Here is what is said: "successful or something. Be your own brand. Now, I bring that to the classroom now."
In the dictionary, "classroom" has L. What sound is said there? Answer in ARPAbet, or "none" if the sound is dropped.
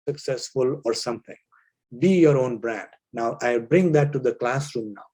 L